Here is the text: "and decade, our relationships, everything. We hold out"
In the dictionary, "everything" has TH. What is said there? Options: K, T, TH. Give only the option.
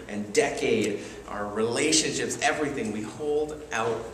TH